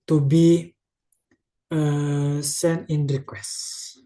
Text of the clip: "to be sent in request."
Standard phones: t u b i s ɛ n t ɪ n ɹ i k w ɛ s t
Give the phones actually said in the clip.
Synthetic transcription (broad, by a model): t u b i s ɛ n ɪ n ɹ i k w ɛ s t